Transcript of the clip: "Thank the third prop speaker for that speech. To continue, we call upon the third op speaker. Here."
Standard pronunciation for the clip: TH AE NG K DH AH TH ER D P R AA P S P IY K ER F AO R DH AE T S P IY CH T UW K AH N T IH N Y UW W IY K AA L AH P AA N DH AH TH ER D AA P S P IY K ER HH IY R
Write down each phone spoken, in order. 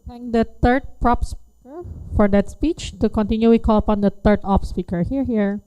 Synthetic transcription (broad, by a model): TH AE NG K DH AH T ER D P R AA P S P IY K ER F AO R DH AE T S P IY CH T UW K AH N T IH N Y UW W IY K AA L AH P AA N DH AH T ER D AA P S P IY K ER HH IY R